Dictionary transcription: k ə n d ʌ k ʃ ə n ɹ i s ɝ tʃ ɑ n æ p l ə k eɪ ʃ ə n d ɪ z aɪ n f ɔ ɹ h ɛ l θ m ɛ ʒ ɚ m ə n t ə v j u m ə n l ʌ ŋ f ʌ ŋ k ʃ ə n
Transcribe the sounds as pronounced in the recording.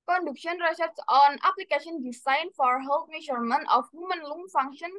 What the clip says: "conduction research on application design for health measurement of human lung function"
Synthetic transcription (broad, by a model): k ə n d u k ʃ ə n ɹ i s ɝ s ɑ n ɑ p l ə k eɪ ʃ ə n d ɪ s aɪ n f ɔ ɹ h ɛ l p m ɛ ʃ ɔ m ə n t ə f j u m ə n l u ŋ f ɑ ŋ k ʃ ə n